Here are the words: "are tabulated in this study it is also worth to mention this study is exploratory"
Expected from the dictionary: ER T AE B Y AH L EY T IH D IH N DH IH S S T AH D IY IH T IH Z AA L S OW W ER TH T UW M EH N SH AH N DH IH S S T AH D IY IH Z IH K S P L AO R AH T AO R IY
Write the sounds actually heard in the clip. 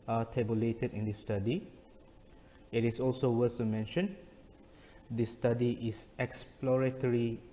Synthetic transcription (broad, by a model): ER T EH B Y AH L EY T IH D IH N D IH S S T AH D IY IH T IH S AA L S OW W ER S T UW M EH N SH AH N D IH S S T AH D IY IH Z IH K S P L AO R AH T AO R IY